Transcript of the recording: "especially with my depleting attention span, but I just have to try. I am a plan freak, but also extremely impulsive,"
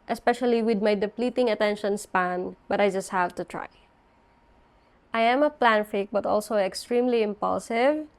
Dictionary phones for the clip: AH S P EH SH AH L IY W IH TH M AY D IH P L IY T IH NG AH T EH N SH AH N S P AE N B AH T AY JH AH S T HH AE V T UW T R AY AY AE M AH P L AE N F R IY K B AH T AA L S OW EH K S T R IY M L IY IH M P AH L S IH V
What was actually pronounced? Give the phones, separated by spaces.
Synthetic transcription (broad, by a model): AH S P EH SH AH L IY W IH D M AY D IH P L IY T IH NG AH T EH N SH AH N S P AE N B AH T AY JH AH S T HH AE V T UW T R AY AY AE M AH P L AE N F IY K B AH T AA L S OW EH K S T R IY M L IY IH M P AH L S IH V